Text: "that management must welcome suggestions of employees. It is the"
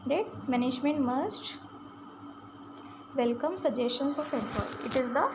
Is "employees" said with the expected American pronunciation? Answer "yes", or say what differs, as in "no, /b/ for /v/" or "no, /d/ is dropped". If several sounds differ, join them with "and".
no, /z/ is dropped